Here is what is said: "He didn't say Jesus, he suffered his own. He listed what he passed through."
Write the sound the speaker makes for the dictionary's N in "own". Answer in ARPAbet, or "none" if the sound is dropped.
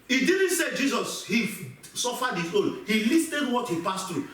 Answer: L